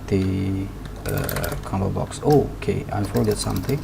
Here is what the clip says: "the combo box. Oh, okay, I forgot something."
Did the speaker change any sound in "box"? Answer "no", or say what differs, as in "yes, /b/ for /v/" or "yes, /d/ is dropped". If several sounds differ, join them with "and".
no